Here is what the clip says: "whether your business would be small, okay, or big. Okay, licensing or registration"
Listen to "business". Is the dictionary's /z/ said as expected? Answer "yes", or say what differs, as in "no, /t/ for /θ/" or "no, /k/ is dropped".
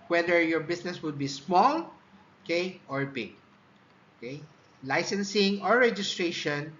no, /s/ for /z/